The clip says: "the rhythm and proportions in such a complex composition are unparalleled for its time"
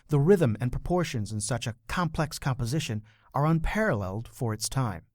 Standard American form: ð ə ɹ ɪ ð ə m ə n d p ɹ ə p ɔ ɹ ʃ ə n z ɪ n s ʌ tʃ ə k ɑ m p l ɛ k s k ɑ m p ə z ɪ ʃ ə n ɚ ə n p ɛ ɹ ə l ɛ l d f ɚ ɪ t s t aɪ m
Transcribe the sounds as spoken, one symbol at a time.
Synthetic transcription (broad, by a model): ð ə ɹ ɪ ð ə m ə n p ɹ ə p ɔ ɹ ʃ ə n z ɪ n s ʌ tʃ ə k ɑ m p l ɛ k s k ɑ m p ə z ɪ ʃ ə n ɚ ə n p ɛ ɹ ə l ɛ l d f ɚ ɪ t s t aɪ m